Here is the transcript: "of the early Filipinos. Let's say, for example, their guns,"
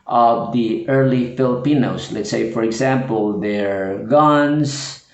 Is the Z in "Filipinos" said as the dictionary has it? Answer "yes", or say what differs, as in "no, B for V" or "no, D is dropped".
no, S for Z